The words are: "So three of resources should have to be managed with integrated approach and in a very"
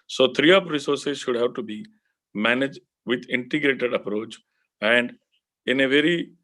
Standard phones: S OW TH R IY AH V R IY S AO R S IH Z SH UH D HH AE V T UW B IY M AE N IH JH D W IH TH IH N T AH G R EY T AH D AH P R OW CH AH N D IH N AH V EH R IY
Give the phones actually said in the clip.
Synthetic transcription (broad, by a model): S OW T R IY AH P R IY S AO R S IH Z SH UH D HH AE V T UW B IY M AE N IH JH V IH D IH N T AH G R EY T AH D AH P R OW CH AH N D IH N AH V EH R IY